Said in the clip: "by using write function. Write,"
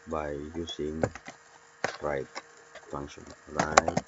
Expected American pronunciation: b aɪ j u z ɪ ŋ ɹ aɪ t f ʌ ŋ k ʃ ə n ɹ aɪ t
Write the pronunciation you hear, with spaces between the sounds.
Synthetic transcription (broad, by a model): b aɪ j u s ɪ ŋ ɹ aɪ t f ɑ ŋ ʃ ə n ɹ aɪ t